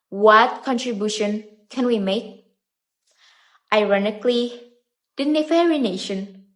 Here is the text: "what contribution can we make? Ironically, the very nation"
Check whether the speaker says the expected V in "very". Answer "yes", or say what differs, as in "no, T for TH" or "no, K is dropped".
no, F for V